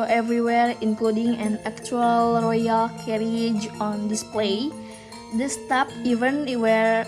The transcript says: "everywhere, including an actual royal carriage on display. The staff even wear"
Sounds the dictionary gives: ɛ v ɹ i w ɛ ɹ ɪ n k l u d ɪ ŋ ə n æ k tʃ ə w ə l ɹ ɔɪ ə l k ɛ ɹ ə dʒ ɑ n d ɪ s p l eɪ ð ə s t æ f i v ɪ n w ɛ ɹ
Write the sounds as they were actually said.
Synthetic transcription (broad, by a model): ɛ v ɹ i w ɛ ɹ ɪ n k l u d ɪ ŋ ə n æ k tʃ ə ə l ɹ ɔɪ ə l k ɛ ɹ ə dʒ ɑ n d ɪ s p l eɪ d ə s t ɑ p i v ɪ n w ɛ ɹ